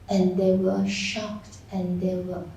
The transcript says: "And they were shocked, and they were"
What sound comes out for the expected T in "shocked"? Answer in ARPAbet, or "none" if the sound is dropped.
T